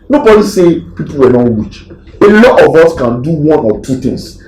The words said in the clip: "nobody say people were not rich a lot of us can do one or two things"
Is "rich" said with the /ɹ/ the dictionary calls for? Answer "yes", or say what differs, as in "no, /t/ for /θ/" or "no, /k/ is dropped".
no, /w/ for /ɹ/